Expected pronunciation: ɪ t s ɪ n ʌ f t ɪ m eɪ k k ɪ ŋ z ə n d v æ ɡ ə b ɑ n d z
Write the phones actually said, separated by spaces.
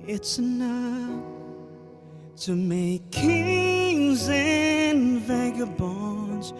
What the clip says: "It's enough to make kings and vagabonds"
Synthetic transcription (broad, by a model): ɪ t s ɪ n ʌ f t ɪ m eɪ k k ɪ ŋ z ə n v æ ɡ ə b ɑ n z